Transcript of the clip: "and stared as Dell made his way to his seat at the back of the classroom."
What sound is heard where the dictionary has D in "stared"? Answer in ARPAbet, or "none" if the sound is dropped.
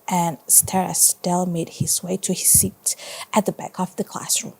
none